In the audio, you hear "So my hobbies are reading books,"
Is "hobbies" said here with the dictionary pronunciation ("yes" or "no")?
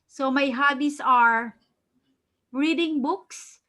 no